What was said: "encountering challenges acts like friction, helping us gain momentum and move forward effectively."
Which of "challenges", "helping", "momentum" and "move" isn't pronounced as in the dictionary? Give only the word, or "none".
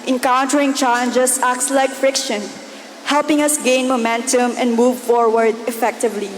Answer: challenges